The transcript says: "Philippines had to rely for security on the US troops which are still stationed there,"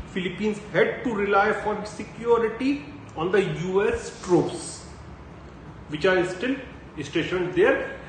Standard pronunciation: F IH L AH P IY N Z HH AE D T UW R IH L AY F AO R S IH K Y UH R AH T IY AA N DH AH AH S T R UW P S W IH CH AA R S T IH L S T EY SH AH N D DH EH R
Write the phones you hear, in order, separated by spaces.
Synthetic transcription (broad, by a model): F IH L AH P IY N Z HH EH D T UW R IH L AY F AO R S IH K Y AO R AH T IY AA N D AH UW S T R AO S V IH CH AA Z S T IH L S T EY SH AH N D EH R